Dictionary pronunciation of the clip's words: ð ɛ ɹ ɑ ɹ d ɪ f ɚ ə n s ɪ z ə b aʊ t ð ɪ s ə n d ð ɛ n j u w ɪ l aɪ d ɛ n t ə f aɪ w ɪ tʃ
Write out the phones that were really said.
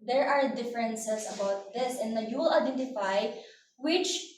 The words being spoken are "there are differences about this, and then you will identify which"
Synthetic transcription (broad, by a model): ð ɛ ɹ ɑ ɹ d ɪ f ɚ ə n s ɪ s ə b aʊ t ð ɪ s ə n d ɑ j u w ɪ l aɪ d ɛ n t ə f aɪ w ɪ tʃ